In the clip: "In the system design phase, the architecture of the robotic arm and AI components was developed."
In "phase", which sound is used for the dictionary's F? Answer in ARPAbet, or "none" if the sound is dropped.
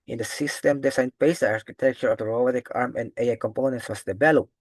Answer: P